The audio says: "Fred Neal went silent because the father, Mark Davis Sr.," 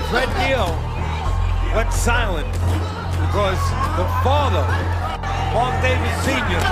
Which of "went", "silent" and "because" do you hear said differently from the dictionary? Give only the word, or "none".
went